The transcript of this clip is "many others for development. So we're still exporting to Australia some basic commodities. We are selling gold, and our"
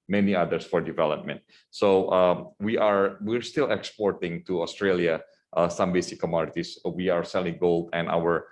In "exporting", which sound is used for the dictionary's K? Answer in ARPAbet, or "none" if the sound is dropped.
K